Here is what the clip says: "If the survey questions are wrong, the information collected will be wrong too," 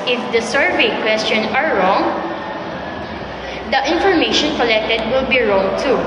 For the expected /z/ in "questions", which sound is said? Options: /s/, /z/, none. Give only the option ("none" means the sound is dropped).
none